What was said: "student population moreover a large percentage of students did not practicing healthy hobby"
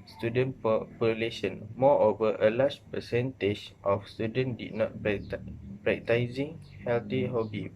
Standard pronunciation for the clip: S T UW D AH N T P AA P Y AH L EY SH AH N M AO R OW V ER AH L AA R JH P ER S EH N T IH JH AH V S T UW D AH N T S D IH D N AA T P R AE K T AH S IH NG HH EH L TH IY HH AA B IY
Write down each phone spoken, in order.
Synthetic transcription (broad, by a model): S T UW D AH N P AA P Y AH L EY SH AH N M AO OW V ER AH L AA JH P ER S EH N T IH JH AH F S T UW D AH N D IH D N AA T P R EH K T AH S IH NG HH EH L T IY HH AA B IY